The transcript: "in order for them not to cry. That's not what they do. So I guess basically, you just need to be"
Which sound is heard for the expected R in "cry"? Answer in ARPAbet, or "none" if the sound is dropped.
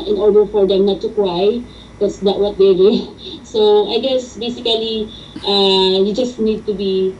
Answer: W